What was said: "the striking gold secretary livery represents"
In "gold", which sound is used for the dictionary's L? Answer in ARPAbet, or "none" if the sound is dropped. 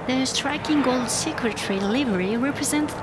L